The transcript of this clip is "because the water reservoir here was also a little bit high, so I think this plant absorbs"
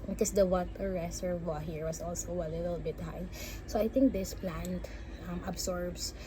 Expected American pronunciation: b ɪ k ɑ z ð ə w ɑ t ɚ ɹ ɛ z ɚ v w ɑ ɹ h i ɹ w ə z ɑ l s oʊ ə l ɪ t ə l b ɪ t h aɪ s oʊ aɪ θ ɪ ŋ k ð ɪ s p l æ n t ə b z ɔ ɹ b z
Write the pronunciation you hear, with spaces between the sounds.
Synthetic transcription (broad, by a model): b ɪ k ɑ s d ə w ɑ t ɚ ɹ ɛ s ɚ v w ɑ h i ɹ w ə s ɑ l s oʊ ə l ɪ t ə l b ɪ t h aɪ s oʊ aɪ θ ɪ ŋ k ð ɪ s p l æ n t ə b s ɔ ɹ b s